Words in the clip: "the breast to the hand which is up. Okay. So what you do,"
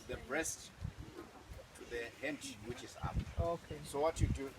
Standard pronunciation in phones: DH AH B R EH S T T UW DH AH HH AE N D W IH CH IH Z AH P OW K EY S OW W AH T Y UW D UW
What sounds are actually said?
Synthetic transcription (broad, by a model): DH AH B R EH S T T UW DH AH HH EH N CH W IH CH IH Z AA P OW K EY S OW W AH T Y UW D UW